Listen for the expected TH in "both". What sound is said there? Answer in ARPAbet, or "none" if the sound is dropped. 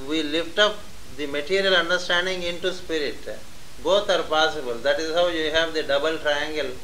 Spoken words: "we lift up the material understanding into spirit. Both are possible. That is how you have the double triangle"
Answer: T